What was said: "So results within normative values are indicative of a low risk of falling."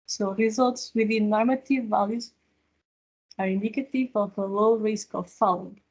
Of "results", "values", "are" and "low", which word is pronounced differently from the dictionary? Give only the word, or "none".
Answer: none